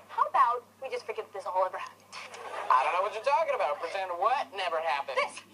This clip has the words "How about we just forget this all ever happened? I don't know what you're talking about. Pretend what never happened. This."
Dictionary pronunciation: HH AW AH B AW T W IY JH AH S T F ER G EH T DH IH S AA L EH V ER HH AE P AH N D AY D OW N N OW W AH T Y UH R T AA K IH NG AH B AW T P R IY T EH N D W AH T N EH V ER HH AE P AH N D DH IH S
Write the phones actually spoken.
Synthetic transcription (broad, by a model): HH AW AH B AW T W IY JH AH S T F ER G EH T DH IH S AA W EH V ER HH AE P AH N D AY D OW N N OW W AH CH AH R T AA K IH NG AH B AW T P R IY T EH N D W AH T N EH V ER HH AE P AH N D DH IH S